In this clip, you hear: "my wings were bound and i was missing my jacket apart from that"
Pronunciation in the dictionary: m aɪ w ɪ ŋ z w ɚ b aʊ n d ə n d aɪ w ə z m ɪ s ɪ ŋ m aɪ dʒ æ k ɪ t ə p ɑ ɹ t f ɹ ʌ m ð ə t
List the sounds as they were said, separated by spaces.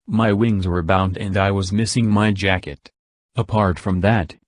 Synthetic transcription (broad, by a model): m aɪ w ɪ ŋ z w ɚ b aʊ n d ə n d aɪ w ə z m ɪ s ɪ ŋ m aɪ dʒ æ k ɪ t ə p ɑ ɹ t f ɹ ʌ m ð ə t